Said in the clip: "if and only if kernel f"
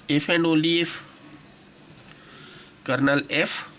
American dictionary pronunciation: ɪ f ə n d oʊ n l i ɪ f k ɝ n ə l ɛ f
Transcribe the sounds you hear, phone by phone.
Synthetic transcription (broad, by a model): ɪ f ə n d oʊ l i ɪ f k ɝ n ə l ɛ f